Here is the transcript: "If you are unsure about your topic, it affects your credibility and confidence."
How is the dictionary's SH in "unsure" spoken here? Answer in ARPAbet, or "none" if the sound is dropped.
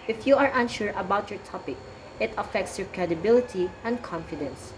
SH